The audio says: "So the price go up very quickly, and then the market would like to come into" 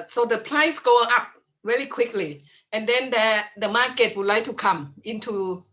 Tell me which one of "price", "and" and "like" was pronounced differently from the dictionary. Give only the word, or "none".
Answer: price